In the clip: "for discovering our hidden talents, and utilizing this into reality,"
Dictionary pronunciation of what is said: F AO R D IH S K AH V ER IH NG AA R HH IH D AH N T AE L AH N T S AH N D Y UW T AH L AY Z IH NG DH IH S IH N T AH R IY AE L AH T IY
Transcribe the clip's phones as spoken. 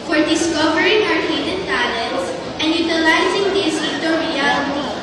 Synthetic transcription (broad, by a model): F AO R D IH S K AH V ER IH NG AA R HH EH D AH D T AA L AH T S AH N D Y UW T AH L AY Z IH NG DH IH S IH T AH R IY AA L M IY